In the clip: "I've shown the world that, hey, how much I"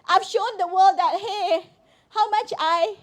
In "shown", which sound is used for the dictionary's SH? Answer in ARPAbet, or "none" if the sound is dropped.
SH